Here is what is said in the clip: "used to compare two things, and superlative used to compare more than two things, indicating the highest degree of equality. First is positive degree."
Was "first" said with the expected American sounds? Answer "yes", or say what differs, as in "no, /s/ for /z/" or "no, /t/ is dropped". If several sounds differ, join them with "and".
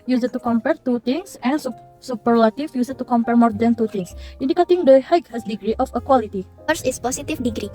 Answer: no, /t/ is dropped